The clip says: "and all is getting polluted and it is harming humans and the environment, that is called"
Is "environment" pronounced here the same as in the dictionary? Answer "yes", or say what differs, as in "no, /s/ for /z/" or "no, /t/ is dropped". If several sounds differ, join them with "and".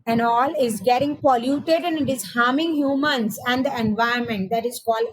no, /ɹ/ is dropped